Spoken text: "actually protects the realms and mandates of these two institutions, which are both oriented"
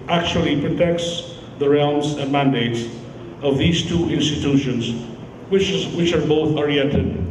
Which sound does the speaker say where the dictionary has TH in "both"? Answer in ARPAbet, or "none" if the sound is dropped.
TH